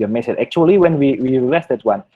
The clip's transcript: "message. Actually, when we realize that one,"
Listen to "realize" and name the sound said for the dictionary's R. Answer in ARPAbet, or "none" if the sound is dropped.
W